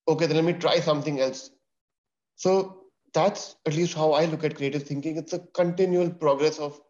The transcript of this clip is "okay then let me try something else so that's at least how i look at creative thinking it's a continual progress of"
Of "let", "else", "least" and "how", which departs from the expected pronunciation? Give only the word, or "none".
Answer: none